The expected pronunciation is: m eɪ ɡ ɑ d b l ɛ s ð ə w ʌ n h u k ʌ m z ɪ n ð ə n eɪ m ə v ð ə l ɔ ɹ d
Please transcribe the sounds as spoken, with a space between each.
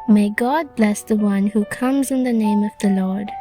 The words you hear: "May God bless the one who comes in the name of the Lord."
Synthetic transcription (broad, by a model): m eɪ ɡ ɑ d b l ɛ s ð ə w ʌ n h u k ʌ m z ɪ n ð ə n eɪ m ə v ð ə l ɔ ɹ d